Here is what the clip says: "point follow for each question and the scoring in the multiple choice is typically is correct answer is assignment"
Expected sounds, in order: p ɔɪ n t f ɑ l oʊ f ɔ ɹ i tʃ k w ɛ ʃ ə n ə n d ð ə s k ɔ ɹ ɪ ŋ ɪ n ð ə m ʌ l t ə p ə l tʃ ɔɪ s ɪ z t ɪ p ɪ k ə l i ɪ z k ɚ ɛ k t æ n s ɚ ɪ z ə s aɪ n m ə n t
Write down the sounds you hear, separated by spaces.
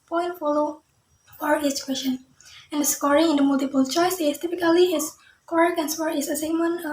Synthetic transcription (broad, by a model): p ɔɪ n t f ɑ l oʊ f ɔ ɹ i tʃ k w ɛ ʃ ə n ə n d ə s k ɔ ɹ ɪ ŋ ɪ n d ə m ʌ l t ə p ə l tʃ ɔɪ s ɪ s t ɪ p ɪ k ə l i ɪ s k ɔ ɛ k æ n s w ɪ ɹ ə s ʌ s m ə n